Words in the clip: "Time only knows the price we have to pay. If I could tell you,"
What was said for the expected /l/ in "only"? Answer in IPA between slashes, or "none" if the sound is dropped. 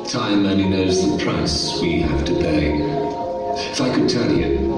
none